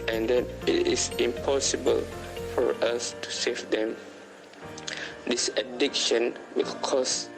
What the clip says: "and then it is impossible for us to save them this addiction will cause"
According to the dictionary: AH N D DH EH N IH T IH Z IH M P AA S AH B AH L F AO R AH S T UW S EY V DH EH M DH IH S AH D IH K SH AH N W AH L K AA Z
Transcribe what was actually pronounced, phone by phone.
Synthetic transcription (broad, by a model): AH N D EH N IH T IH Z IH M P AA S AH B AH L F AO R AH S T UW S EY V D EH M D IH S AH D IH K SH AH N W AH L K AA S